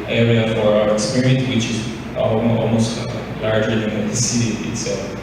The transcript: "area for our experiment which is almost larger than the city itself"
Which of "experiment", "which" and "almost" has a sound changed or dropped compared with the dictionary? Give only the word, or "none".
experiment